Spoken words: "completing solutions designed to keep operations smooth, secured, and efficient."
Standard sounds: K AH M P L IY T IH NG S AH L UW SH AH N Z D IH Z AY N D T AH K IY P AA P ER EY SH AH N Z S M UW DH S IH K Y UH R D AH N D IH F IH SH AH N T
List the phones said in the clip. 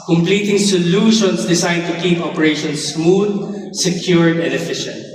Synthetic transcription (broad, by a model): K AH M P L IY T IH NG S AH L UW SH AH N S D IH S AY D T AH K IY P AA P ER EY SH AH N S M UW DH S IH K Y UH R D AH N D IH F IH SH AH N T